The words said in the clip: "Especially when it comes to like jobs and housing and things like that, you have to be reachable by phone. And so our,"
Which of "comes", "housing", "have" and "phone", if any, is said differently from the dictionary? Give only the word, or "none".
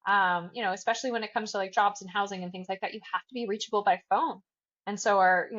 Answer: have